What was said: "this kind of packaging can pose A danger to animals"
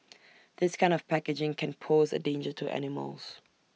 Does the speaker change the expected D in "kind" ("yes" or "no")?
no